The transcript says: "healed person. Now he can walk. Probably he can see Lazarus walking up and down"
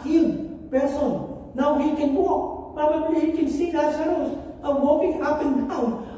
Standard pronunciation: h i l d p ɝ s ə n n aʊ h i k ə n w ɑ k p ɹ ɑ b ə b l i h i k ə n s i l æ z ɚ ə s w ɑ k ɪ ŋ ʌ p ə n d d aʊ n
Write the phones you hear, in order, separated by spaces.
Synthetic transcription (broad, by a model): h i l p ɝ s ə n n aʊ h i k ə n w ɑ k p ɑ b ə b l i h i k ə n s i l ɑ s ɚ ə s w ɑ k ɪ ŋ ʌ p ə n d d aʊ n